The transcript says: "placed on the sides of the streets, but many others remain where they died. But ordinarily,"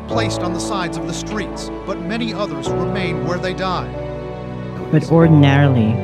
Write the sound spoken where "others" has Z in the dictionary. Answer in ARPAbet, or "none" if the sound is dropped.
Z